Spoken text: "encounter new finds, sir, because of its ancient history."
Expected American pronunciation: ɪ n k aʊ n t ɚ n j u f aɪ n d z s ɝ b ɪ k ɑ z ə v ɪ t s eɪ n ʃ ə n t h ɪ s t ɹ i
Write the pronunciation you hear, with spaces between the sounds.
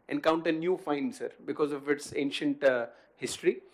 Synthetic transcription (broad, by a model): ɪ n k aʊ n t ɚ n j u f aɪ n d s ɝ b ɪ k ɑ z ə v ɪ t s eɪ n ʃ ə n t h ɪ s t ɹ i